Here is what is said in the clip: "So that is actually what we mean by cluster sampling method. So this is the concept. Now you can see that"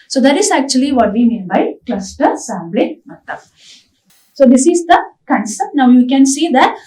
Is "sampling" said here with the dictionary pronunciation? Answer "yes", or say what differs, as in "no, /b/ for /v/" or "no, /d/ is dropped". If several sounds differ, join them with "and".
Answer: no, /b/ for /p/